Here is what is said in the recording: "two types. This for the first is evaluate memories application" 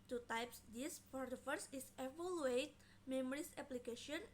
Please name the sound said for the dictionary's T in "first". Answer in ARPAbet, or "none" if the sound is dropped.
none